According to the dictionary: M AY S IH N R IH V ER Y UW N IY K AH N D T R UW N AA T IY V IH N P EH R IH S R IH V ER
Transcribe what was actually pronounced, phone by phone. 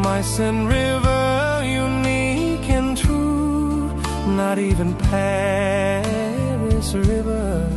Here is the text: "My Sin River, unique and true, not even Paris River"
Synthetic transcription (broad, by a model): M AY S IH N R IH V ER Y UW N IY K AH N T UW N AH T IY V IH N P EH R IH S R IH V ER